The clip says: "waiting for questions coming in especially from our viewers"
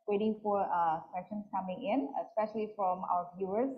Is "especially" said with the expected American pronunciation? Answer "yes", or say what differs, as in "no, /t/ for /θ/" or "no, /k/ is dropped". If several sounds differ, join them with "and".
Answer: yes